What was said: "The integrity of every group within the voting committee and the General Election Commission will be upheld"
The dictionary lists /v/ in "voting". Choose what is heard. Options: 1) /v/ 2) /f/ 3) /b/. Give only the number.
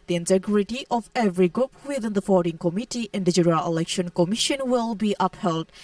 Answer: 2